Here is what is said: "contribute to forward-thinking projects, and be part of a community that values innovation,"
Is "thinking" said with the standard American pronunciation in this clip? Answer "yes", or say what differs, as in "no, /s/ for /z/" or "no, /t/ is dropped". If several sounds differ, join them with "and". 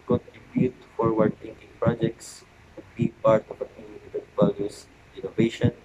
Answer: no, /t/ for /θ/